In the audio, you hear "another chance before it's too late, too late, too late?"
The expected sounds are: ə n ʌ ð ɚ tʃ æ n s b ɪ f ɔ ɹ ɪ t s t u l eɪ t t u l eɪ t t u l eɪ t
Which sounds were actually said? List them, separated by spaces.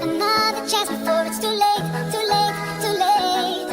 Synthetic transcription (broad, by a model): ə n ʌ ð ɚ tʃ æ s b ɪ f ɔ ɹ ɪ t s t u l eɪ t t u l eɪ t t u l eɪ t